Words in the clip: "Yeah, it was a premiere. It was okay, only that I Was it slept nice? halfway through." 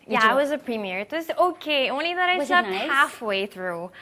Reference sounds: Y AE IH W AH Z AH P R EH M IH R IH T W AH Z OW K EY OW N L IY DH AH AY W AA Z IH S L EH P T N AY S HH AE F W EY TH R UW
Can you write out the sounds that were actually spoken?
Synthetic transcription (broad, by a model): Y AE IH W AH Z AH P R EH M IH R IH T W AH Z OW K EY OW N L IY DH AH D AA IH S EH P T HH AE F W EY TH R UW